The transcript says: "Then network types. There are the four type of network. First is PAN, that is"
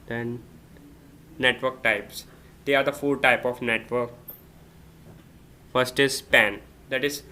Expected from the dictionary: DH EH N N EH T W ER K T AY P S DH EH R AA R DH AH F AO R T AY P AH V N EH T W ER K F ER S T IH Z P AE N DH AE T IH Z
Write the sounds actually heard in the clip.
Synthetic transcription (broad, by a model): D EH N N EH T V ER K T AY P S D EH AA R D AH F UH L T AY P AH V N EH T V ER K F ER S T IH Z P AE N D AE T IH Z